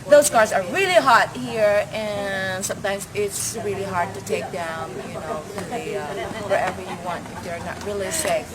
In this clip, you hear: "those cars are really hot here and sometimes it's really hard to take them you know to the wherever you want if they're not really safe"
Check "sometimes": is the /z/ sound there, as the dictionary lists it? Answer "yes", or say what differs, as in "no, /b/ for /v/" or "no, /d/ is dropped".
yes